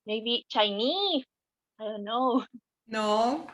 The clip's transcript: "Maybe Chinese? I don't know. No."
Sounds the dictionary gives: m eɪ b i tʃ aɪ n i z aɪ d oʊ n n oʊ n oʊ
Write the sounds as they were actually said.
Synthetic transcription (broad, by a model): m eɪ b i tʃ aɪ n i s aɪ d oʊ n n oʊ n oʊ